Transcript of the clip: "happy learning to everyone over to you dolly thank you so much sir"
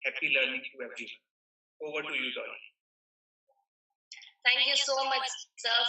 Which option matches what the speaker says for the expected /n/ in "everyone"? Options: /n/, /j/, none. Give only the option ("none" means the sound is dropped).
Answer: none